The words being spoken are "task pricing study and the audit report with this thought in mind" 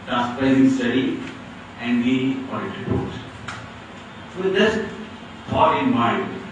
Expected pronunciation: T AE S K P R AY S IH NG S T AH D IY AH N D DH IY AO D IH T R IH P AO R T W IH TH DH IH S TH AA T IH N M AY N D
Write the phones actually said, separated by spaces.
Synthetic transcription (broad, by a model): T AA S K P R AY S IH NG S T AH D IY AH N D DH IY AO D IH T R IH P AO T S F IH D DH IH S F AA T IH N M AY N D